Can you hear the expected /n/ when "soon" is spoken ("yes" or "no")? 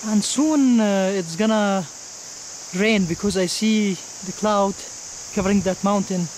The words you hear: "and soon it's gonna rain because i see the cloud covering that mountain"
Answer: yes